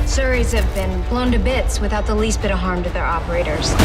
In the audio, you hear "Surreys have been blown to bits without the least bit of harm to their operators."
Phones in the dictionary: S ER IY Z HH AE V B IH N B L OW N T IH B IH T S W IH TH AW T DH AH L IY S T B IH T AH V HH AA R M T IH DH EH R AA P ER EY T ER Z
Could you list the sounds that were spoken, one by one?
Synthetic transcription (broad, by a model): S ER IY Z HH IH V B IH N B L OW N T IH B IH T S W IH TH AW T DH AH L IY S T B IH T AH V HH AA R M T IH DH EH R AA P ER EY T ER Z